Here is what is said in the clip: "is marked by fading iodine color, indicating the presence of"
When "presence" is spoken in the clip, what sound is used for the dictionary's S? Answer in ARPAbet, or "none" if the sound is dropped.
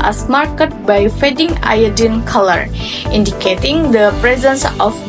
S